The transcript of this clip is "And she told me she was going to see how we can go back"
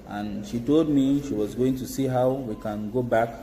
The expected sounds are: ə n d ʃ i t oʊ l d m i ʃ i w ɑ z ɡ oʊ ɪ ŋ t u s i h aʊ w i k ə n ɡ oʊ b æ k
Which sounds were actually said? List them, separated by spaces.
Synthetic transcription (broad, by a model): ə n ʃ i t oʊ l d m i ʃ i w ɑ z ɡ oʊ ɪ ŋ t u s i h aʊ w i k ə n ɡ oʊ b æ k